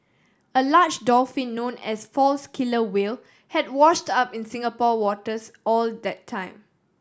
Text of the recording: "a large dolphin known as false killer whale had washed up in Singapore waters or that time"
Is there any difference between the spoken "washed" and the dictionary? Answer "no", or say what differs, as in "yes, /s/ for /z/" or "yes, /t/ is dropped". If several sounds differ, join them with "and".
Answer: no